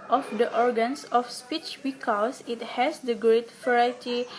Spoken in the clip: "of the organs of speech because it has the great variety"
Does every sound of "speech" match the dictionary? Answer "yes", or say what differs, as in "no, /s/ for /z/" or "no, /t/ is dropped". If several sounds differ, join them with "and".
yes